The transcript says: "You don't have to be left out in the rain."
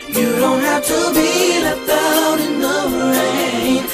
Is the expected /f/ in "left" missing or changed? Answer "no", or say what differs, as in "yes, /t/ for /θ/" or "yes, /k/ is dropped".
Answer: yes, /f/ is dropped